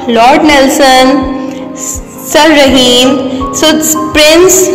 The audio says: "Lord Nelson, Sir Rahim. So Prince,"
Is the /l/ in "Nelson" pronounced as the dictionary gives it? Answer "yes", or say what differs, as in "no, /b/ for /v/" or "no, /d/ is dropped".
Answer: yes